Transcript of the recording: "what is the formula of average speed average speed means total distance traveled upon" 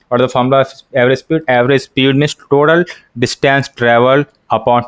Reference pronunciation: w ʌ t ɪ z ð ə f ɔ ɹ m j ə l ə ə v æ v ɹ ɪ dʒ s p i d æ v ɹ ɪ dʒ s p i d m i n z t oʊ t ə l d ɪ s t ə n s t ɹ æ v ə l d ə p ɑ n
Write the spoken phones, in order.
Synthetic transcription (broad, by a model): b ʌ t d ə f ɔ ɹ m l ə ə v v ɹ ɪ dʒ s p i d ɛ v ɹ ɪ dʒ s p i d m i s t oʊ t ə l d ɪ s t ə n s t ɹ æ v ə l ə p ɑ n